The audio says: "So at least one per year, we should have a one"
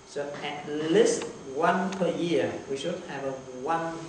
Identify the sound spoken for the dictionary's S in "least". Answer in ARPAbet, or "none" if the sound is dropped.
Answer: S